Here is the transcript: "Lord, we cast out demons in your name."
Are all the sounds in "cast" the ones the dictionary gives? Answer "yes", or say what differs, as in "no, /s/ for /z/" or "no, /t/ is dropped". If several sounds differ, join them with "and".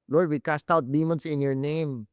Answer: yes